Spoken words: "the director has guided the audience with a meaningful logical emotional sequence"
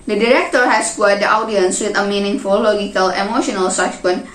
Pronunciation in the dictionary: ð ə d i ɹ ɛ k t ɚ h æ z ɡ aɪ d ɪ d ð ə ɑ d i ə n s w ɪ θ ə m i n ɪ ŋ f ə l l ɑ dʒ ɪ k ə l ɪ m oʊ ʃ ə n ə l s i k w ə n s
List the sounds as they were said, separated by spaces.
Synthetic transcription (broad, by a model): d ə d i ɹ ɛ k t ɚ h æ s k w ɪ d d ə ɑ d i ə n s w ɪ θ ə m i n ɪ ŋ f ə l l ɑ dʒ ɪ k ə l ɪ m oʊ ʃ ə n ə l s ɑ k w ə n